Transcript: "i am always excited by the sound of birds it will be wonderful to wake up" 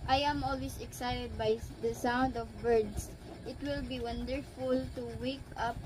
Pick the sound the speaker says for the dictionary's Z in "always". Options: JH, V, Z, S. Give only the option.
S